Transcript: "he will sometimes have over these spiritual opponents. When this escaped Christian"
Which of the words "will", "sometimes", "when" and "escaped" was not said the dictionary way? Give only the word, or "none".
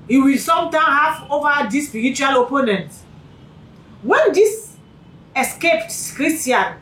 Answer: sometimes